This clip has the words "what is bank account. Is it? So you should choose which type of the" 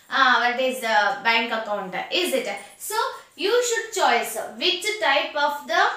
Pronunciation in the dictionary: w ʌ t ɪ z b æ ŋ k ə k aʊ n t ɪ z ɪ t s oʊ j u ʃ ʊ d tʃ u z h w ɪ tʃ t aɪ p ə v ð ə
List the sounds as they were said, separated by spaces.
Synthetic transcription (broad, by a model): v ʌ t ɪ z b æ ŋ k ə k aʊ n t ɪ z ɪ t s oʊ j u ʃ ʊ d tʃ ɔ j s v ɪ tʃ t aɪ p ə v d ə